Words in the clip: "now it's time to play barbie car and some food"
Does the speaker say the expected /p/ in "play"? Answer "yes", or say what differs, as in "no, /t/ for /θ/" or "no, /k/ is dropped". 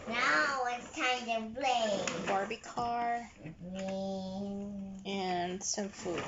no, /b/ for /p/